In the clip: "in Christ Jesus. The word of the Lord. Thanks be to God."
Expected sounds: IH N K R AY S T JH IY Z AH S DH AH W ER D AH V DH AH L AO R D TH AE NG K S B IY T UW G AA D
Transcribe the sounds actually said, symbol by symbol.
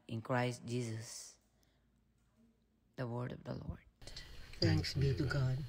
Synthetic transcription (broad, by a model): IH N K R AY S T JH IY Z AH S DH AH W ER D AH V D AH L AO R D T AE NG K S B IY T UW G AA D